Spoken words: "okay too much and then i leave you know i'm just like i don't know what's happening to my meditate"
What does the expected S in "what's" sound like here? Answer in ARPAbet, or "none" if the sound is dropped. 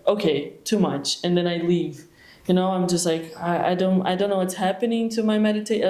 S